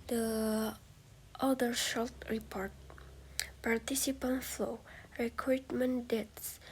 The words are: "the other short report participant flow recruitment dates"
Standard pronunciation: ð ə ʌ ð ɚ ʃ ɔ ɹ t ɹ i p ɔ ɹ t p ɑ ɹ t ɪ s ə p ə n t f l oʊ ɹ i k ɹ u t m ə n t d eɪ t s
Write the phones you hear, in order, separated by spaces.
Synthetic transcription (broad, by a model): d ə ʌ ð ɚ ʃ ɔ l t ɹ i p ɔ ɹ t p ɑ ɹ t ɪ s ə p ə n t f l oʊ ɹ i k ɹ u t m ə n d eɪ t s